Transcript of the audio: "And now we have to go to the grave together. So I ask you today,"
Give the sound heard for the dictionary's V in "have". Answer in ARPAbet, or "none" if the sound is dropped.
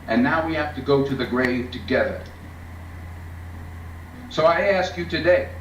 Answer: F